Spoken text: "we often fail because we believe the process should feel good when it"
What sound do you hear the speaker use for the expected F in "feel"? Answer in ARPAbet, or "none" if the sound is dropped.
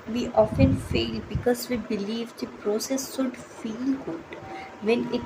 F